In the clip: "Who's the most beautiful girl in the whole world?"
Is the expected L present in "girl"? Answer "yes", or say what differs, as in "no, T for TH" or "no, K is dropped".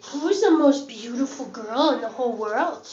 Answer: yes